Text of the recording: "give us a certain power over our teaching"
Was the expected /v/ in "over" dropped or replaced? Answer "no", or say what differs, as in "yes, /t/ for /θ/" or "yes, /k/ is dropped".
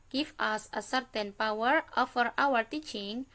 yes, /f/ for /v/